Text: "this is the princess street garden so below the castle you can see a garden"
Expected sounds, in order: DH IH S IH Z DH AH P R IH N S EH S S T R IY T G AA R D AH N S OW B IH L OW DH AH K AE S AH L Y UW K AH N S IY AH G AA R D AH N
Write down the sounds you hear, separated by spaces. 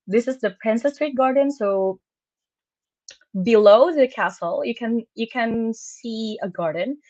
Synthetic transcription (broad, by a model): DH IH S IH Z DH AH P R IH N S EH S S T R IY T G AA R D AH N S OW B IH L OW DH AH K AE S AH N Y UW K AH N S IY AH G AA R D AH N